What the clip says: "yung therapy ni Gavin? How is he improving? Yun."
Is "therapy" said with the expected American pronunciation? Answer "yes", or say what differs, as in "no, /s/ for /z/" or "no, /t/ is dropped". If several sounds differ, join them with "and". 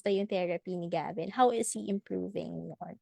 no, /t/ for /θ/